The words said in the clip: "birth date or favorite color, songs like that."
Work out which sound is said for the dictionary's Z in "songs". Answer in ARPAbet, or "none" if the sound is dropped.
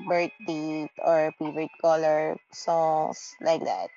S